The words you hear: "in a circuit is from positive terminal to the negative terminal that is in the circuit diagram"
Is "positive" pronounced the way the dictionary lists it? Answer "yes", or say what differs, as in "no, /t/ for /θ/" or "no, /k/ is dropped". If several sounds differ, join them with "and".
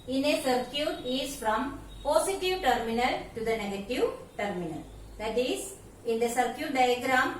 no, /s/ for /z/